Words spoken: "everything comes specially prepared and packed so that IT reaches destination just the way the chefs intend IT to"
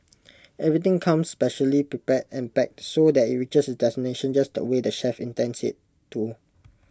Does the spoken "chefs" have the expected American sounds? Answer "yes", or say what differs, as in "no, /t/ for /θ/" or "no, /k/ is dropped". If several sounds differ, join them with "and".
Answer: no, /s/ is dropped